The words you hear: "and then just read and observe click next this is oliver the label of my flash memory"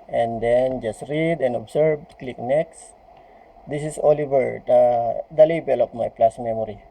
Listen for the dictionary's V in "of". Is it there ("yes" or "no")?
no